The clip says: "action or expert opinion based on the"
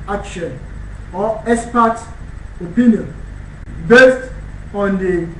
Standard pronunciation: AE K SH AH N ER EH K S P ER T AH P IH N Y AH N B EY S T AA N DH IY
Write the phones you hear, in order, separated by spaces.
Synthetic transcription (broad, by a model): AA K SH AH N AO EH S P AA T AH P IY N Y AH N B EY S T AA N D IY